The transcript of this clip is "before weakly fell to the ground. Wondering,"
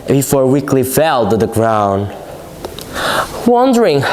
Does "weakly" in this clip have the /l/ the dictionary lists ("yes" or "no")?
yes